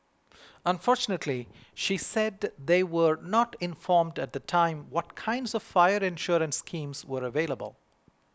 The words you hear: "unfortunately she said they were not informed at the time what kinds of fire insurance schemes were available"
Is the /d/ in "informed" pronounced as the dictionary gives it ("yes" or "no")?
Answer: yes